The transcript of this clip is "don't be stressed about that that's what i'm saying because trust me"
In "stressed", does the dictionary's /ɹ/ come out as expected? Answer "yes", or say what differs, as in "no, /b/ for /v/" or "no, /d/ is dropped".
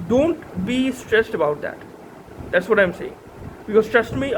yes